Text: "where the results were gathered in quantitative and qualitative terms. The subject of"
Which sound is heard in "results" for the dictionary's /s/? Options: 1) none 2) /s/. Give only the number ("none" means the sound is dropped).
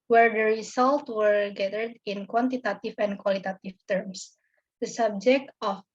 1